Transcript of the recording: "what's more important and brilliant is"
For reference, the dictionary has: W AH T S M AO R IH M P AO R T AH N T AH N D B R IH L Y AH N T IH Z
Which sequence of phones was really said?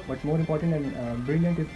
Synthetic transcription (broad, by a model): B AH T M AO R IH M P AO R T AH N T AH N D B R IH L Y AH N T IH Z